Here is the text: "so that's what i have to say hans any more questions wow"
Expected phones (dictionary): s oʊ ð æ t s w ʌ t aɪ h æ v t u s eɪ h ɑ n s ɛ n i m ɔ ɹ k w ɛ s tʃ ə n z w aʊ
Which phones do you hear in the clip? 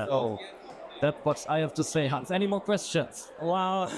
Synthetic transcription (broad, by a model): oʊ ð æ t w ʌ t aɪ h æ f t u s eɪ h ɑ n s ɛ n i m ɔ k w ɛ s tʃ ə n s w aʊ